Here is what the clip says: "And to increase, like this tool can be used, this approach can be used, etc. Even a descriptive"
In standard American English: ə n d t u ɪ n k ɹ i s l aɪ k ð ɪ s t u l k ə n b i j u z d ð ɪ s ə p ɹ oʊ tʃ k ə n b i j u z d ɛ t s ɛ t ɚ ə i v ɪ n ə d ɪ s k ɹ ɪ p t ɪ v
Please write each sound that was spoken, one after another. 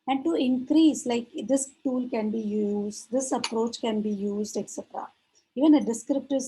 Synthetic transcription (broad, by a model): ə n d t u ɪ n k ɹ i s l aɪ k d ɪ s t u l k ə n b i j u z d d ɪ s ə p ɹ oʊ tʃ k ə n b i j u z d ɛ t s ɛ t ɚ ə i v ɪ n ə d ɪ s k ɹ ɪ p t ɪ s